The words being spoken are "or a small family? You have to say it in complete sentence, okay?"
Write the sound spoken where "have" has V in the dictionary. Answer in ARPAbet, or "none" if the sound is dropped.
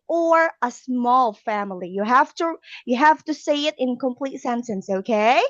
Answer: F